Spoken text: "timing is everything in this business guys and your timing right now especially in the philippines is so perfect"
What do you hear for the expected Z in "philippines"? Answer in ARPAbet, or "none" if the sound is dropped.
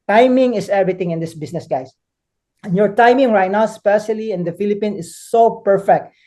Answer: none